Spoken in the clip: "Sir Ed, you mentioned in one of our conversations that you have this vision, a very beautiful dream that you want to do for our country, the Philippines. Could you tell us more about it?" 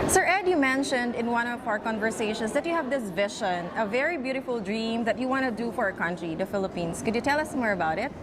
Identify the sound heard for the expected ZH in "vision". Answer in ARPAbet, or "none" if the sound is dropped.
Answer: SH